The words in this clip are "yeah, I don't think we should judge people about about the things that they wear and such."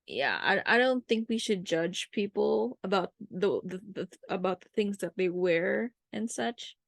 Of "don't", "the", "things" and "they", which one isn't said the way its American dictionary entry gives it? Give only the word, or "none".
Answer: none